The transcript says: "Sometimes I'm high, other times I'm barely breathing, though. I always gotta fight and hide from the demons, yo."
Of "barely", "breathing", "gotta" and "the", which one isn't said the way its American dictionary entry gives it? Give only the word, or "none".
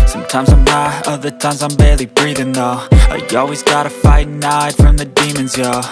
none